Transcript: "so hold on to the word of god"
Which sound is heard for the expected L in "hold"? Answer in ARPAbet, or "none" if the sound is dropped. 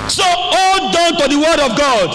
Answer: none